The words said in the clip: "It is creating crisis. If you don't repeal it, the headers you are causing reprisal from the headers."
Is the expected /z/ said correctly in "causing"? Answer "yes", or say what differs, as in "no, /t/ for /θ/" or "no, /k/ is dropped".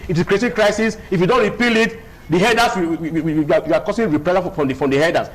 no, /s/ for /z/